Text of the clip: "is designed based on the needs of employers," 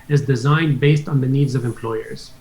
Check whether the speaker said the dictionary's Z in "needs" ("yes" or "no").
yes